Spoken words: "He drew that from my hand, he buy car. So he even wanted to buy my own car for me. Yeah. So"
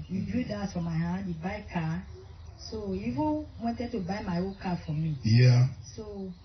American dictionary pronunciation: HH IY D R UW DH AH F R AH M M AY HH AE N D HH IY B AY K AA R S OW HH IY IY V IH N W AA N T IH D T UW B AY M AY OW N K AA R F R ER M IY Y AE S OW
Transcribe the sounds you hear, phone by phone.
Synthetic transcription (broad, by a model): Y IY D UW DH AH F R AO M M AY HH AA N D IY B AY K AA S OW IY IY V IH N W AA N T IH D T UW B AY M AY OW K AA F R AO M IY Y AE S OW